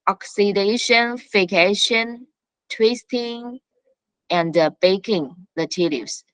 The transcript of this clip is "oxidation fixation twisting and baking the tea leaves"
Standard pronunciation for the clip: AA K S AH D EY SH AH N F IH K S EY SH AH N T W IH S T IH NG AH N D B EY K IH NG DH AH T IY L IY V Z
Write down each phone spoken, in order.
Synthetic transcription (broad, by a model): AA K S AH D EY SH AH N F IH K EY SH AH N T W IH S T IH NG AH N D B EY K IH NG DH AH T IY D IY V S